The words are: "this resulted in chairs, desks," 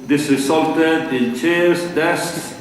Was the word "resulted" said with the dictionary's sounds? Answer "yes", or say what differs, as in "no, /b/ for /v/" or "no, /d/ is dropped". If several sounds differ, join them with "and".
no, /s/ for /z/